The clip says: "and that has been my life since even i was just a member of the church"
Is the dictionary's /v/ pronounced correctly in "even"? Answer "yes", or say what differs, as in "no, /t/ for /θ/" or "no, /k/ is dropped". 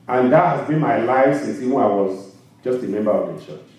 no, /w/ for /v/